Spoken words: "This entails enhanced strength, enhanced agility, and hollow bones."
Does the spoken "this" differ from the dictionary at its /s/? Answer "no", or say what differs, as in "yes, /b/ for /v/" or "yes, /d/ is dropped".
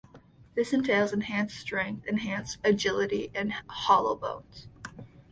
no